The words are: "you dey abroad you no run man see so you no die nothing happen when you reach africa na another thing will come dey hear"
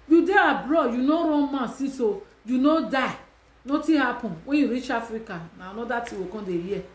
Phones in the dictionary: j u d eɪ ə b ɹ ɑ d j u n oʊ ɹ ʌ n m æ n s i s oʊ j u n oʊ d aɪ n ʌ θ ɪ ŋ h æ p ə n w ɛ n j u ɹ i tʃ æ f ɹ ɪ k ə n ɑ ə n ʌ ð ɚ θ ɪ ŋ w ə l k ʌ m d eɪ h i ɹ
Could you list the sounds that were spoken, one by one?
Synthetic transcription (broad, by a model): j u d eɪ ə b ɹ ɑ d j u n oʊ ɹ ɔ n m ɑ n s i s oʊ j u n oʊ d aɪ n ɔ t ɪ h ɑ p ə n w ɛ n j u ɹ i tʃ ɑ f ɹ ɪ k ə n ɑ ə n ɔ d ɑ t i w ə k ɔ d eɪ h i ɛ